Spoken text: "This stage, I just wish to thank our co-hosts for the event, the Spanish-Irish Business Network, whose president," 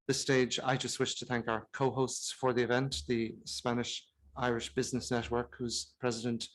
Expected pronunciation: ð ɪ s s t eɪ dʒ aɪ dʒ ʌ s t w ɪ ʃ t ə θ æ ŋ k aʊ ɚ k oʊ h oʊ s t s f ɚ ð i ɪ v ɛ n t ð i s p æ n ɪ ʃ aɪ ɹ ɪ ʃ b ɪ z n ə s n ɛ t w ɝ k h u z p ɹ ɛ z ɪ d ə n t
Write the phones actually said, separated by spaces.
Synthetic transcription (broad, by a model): ð ɪ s s t eɪ dʒ aɪ dʒ ʌ s t w ɪ ʃ t ə θ æ ŋ k aʊ ɚ k oʊ h oʊ s t s f ɚ ð i ɪ v ɛ n t ð i s p æ n ɪ ʃ aɪ ɹ ɪ ʃ b ɪ z n ə s n ɛ t w ɝ k h u z p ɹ ɛ z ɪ d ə n t